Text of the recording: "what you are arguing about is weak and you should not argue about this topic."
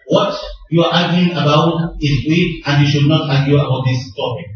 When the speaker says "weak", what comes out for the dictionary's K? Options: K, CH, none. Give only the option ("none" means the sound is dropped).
none